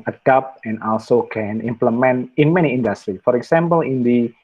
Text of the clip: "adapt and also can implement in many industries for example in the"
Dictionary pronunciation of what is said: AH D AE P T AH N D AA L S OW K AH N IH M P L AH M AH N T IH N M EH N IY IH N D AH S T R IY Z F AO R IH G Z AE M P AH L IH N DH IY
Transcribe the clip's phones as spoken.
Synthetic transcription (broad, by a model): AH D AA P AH N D AA L S OW K AH N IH M P L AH M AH N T IH N M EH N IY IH N D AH S T R IY F AO R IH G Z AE M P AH L IH N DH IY